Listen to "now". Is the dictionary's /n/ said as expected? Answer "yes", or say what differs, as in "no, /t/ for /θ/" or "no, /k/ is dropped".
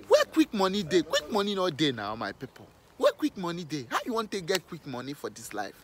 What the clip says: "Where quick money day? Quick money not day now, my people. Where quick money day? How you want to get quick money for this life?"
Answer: yes